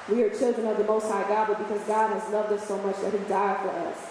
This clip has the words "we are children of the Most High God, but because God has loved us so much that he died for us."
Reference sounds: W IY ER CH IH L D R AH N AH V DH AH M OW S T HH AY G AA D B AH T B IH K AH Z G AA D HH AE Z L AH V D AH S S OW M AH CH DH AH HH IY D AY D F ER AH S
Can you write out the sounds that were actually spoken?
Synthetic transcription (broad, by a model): W IY ER CH IH L D R AH N AH V DH AH M OW S T HH AY G AA D B AH T B IH K AH Z G AA D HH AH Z L AH V D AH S S OW M AH CH DH AH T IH D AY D F ER AH S